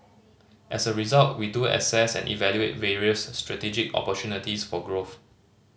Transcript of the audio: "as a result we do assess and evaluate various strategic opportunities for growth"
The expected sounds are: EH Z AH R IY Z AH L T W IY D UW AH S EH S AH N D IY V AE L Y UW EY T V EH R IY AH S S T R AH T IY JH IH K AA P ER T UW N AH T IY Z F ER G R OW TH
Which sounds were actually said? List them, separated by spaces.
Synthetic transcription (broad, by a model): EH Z AH R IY Z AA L T W IY D UW AH S EH S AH N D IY V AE L Y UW EY T V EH R IY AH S S T R AH T IY JH IH K AA P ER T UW N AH T IY S F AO G R OW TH